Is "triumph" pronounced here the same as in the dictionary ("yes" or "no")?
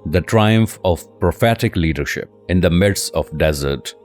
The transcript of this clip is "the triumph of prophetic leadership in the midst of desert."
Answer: yes